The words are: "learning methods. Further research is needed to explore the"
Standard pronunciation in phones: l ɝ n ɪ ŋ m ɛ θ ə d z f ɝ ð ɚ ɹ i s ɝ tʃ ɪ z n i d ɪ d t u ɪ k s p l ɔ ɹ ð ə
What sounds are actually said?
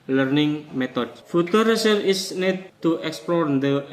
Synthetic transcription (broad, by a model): l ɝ n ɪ ŋ m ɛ t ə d f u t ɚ ɹ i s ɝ ɪ s n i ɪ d t u ɪ k s p l ɔ ɹ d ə